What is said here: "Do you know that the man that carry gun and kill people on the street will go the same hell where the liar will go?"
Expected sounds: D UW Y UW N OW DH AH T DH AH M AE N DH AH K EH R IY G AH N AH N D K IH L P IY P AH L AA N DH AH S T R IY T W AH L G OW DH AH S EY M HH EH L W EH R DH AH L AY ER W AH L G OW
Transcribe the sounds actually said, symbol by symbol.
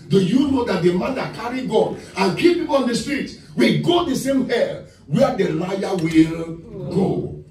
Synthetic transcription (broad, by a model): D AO Y UW N OW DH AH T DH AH M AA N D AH K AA R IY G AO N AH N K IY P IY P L AA N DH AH S T R IY T W AH L G OW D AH S EY M HH EH L W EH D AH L AY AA W AH L G OW